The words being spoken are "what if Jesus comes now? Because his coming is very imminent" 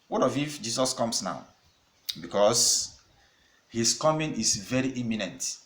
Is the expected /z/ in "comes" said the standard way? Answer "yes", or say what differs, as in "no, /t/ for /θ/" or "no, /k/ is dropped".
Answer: no, /s/ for /z/